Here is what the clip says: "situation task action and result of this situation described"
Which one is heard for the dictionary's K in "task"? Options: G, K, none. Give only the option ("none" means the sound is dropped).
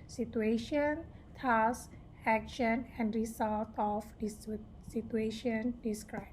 none